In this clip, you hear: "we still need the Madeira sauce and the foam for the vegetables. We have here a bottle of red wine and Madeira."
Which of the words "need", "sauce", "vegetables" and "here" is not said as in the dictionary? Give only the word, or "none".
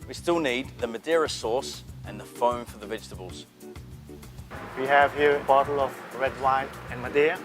none